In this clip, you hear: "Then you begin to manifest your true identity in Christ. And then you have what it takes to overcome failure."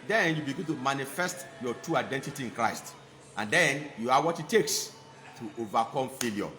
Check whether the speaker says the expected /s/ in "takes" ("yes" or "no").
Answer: yes